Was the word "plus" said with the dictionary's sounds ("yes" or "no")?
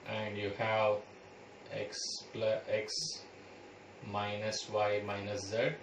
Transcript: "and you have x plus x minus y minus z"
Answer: no